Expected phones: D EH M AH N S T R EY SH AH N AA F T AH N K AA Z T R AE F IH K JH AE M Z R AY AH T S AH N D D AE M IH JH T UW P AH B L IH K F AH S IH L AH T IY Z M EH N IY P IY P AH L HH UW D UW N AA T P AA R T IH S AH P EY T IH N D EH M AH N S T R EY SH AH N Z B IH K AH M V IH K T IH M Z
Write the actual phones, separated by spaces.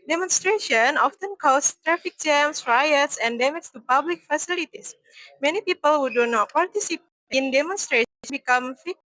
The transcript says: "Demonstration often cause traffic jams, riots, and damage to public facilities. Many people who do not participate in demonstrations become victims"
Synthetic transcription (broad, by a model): D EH M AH N S T R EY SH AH N AA F T AH N K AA S T R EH F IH K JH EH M S R AY AH T S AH N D D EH M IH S T UW P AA B L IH K F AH S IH L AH T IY S M EH N IY P IY P AH L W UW D UW N AA T P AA R T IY S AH P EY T N D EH M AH N S T R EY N B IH K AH M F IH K